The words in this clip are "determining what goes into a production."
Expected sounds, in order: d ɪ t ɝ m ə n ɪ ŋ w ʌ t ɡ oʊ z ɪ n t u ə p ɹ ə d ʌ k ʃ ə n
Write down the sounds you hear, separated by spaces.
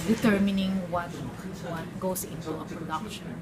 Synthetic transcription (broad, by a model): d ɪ t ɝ m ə n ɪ ŋ w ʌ t ɡ oʊ s ɪ n t u ə p ɹ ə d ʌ k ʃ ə n